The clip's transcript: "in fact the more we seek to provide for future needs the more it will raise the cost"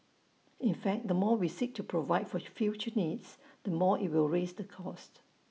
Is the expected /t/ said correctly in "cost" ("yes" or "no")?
yes